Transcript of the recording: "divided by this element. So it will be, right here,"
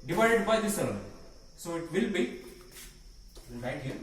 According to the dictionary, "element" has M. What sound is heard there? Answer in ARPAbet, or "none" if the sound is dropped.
none